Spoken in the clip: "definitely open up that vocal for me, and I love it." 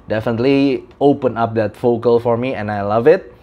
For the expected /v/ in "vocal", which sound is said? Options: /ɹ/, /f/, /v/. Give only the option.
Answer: /f/